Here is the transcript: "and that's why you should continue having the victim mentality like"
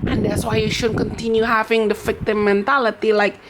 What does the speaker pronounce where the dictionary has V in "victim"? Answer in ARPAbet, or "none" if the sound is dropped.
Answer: F